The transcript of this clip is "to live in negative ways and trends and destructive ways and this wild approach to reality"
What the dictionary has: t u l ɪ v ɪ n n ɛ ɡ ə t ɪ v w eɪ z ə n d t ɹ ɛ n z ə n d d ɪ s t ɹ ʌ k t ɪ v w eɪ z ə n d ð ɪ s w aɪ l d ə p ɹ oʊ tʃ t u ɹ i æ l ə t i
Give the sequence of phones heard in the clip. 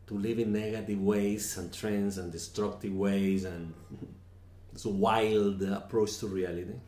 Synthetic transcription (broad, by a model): t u l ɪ v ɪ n n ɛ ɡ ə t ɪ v w eɪ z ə n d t ɹ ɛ n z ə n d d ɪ s t ɹ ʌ k t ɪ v w eɪ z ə n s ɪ w aɪ l d ə p ɹ oʊ tʃ t u ɹ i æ l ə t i